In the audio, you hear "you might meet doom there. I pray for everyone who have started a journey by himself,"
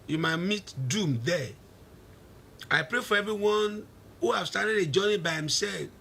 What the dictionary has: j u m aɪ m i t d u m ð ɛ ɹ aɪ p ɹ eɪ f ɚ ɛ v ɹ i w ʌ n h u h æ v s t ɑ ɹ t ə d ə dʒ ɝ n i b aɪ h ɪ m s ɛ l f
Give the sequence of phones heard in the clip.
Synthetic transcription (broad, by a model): j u m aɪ m i t d u m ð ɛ aɪ p ɹ eɪ f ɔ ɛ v ɹ i w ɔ n h u h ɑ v s t ɑ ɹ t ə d ə dʒ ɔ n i b aɪ h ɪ m s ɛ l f